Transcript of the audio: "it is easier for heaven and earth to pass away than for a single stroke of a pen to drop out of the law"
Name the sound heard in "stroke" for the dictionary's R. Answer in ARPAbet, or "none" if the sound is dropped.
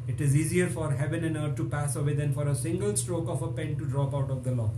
R